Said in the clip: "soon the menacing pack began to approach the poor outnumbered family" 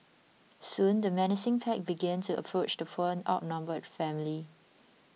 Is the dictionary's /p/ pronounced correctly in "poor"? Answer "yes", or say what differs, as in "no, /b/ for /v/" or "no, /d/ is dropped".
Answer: no, /f/ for /p/